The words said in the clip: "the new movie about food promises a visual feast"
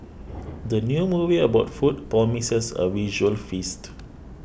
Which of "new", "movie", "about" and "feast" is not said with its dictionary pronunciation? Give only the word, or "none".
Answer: none